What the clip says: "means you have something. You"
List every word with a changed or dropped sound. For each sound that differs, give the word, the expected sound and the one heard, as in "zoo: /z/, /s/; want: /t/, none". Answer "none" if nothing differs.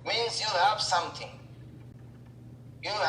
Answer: something: /θ/, /t/